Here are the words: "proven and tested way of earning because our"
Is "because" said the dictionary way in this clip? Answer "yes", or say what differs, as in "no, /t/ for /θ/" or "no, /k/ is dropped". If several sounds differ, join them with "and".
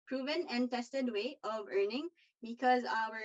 yes